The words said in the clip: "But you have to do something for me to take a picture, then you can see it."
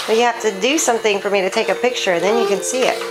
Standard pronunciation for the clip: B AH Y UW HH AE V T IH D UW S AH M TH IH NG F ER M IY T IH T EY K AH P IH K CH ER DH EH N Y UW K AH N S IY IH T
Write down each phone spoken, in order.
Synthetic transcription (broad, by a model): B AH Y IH HH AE F T IH D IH S AH M TH IH NG F ER M IY T IH T EY K AH P IH K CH ER DH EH N Y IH K AH N S IY IH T